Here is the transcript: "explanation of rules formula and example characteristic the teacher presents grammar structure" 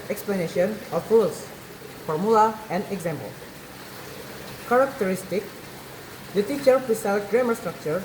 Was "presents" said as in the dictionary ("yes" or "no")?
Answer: no